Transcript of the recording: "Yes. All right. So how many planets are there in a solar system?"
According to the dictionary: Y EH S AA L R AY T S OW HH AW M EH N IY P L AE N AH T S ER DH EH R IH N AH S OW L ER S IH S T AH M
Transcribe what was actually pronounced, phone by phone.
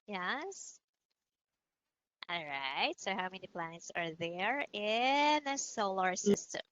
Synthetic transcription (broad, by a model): Y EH S AA L R AY T S OW HH AW M EH N IY P L AE N AH T S ER DH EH R IH N AH S OW L ER S IH S T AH M